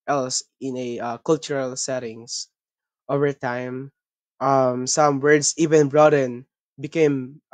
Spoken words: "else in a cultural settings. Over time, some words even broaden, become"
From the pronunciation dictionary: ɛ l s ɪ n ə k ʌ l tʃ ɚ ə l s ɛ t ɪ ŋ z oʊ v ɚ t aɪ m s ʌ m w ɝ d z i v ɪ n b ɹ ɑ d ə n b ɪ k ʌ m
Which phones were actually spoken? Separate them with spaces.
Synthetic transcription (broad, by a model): ɛ l s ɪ n ə k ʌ l tʃ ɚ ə l s ɛ t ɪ ŋ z oʊ v ɚ t aɪ m s ʌ m w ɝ d s i v ɪ n b ɹ ɑ d ə n b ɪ k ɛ m